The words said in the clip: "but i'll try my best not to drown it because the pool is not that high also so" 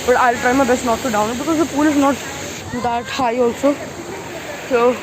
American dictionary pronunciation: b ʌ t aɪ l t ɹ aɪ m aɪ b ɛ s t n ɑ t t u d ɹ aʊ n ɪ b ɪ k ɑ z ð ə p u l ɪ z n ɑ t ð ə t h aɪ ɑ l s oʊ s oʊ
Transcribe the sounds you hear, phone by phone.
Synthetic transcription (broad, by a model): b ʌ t aɪ l t ɹ aɪ m aɪ b ɛ s t n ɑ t t u d aʊ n ɪ b ɪ k ɑ z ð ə p u l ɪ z n ɑ t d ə t h aɪ ɑ l s oʊ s oʊ